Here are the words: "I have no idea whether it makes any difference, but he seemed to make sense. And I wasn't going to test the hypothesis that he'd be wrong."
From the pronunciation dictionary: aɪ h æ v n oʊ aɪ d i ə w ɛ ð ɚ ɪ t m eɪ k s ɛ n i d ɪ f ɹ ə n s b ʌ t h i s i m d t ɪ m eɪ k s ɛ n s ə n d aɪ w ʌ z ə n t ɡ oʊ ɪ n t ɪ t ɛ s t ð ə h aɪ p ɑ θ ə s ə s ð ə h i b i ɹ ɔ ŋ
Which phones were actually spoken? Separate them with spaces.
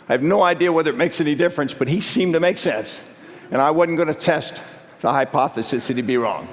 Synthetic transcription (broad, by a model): aɪ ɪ v n oʊ aɪ d i ə w ɛ ð ɚ ɪ t m eɪ k s ɛ n i d ɪ f ɹ ə n s b ʌ t h i s i m t ɪ m eɪ k s ɛ n s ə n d aɪ w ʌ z n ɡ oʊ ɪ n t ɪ t ɛ s t ð ə h aɪ p ɑ θ ə s ə s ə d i b i ɹ ɔ ŋ